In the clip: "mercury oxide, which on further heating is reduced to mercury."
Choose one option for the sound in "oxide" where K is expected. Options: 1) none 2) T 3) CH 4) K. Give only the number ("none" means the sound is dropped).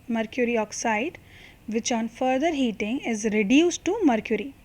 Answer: 4